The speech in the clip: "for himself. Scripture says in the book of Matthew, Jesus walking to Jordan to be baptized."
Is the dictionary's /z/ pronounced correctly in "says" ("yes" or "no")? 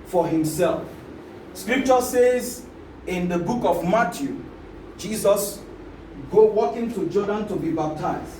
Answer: yes